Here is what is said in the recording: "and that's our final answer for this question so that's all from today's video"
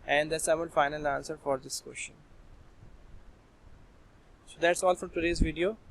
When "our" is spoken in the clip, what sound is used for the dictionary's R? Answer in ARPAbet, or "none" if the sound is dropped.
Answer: L